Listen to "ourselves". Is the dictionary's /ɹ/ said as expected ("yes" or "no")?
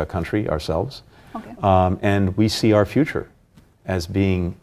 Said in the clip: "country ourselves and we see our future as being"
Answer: yes